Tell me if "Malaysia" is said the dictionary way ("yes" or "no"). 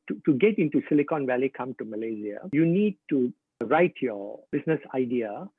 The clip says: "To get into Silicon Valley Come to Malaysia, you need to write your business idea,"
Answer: no